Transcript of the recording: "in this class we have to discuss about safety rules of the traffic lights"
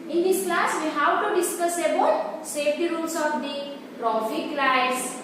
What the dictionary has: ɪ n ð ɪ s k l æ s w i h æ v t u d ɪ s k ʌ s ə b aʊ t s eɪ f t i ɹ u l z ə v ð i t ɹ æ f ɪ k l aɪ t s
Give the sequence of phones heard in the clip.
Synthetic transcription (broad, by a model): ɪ n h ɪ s k l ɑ s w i h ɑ w t u d ɪ s k ʌ s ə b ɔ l s eɪ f t i ɹ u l s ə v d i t ɹ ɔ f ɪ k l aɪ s